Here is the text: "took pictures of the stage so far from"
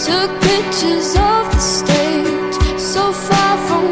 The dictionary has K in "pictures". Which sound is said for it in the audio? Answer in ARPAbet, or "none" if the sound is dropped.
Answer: none